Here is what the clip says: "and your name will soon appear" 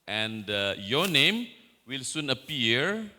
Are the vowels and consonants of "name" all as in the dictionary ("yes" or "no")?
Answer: yes